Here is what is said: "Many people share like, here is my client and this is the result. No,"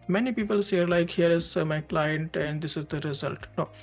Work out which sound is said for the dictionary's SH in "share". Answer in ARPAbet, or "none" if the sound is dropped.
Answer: S